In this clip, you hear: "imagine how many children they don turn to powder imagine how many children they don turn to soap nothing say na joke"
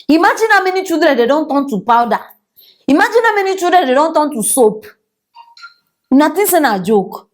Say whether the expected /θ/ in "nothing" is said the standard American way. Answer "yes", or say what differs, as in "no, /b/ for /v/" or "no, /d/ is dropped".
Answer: no, /t/ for /θ/